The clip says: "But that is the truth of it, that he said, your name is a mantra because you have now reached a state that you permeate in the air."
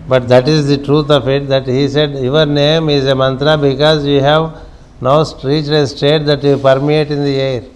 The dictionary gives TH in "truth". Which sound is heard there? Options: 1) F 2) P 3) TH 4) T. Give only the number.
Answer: 4